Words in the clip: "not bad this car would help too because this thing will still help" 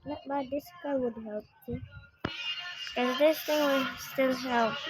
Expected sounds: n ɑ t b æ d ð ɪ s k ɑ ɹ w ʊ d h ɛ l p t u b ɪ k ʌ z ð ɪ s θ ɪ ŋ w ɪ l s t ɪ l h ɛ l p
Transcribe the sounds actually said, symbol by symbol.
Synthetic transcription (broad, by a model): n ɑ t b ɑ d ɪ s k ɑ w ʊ d h ɛ l p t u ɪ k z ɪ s t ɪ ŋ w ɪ s t ɪ l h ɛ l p